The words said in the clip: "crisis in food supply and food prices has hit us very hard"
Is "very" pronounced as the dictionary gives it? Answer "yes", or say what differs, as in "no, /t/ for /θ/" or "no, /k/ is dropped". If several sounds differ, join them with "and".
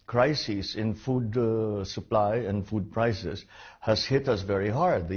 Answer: yes